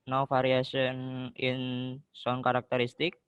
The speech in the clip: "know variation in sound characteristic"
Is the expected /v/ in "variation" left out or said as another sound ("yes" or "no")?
yes